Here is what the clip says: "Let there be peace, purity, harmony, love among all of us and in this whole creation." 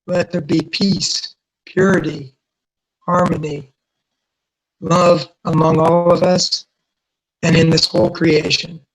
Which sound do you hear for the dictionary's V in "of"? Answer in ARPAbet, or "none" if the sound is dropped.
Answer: V